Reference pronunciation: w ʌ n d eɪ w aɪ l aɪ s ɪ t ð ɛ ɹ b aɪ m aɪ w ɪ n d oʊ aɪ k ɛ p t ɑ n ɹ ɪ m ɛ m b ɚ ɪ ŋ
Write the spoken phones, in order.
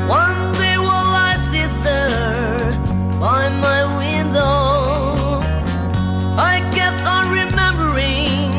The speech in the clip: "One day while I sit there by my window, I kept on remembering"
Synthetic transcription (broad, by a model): w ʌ n d eɪ w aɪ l aɪ s ɪ t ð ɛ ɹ b aɪ m aɪ w ɪ n d oʊ aɪ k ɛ t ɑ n ɹ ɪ m ɛ m b ɚ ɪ ŋ